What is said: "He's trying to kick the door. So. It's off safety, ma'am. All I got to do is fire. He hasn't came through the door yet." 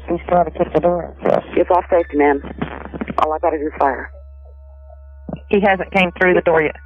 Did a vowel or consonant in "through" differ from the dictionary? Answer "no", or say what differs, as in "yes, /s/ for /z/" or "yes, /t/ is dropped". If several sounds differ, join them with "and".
no